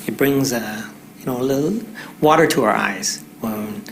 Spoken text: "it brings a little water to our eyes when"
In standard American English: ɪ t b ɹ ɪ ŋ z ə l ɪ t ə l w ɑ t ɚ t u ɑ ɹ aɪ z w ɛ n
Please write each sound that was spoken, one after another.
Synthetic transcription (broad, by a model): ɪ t b ɹ ɪ ŋ z ə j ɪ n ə l w ɑ t ɚ t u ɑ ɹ aɪ z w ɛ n